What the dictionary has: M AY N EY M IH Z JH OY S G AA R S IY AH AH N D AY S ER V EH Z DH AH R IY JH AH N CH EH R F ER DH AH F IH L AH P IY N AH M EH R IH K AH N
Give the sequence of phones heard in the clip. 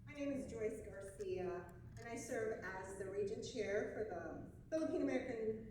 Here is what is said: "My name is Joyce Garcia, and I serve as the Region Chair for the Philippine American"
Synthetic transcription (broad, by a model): M AY N EY M IH Z JH OY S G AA R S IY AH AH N AY S ER V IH Z DH AH R IY JH AH N CH EH R F ER DH AH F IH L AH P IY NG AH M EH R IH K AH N